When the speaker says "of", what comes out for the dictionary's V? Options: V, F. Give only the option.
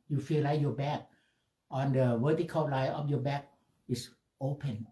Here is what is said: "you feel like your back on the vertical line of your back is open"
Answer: F